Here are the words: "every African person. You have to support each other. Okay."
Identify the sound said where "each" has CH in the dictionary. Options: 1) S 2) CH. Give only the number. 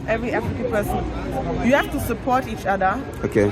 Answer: 2